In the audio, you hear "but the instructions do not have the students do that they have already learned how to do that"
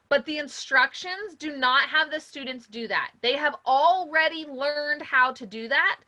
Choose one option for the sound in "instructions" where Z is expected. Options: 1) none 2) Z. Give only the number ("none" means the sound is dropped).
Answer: 2